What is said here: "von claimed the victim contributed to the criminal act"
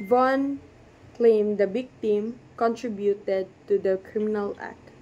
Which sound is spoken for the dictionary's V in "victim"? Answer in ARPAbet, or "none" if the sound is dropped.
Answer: B